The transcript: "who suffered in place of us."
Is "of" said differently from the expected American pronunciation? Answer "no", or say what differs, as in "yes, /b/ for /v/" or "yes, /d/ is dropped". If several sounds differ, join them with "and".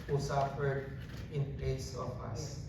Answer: yes, /p/ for /v/